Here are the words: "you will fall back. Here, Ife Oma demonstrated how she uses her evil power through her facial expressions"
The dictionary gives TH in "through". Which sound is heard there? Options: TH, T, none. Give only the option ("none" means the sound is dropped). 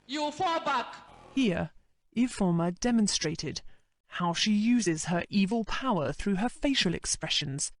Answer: TH